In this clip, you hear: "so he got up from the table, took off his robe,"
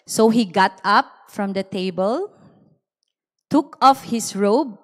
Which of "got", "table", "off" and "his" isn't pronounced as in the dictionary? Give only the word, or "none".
his